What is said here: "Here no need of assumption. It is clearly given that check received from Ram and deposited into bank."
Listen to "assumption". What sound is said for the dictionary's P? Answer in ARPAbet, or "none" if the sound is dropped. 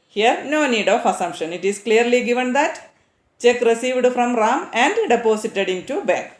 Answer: P